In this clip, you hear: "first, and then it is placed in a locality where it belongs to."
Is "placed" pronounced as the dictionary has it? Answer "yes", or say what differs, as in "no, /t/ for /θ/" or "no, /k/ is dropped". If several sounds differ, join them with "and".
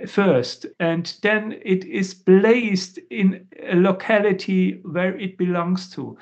no, /b/ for /p/